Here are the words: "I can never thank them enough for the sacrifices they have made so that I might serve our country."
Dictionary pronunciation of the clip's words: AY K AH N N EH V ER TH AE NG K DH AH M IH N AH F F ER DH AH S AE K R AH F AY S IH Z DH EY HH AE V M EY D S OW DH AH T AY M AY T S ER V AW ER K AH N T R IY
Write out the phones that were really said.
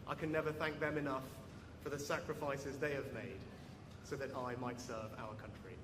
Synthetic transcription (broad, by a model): AY K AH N N EH V ER TH AE NG K DH AH M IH N AH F F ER DH AH S AE K R AH F AY S IH Z DH EY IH V M EY D S OW DH AH T AY M AY T S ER V AW ER K AH N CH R IY